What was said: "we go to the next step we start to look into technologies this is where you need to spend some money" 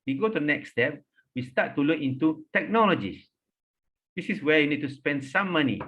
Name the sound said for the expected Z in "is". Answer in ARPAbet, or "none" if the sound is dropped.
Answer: S